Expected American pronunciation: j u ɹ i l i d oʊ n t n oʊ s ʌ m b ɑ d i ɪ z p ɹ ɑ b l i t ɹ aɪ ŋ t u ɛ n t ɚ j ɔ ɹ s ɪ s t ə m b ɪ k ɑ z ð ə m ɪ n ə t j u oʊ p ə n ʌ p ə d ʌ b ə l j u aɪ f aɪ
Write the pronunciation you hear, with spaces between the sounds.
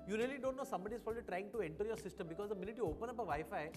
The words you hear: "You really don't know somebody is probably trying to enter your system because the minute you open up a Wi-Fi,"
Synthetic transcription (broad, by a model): j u ɹ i l i d oʊ n t n oʊ s ʌ m b ɑ d i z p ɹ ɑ l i t ɹ aɪ ŋ t u ɛ n t ɚ j ɔ ɹ s ɪ s t ə m b ɪ k ɑ z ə m ɪ n ə t j u oʊ p ə n ʌ p ə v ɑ ə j f aɪ